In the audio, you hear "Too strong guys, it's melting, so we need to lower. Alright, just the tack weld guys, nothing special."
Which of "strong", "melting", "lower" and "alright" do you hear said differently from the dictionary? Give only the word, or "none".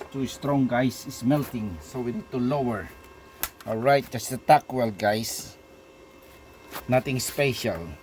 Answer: alright